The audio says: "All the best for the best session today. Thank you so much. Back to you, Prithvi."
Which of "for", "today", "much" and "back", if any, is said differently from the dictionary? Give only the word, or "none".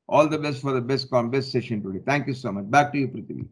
none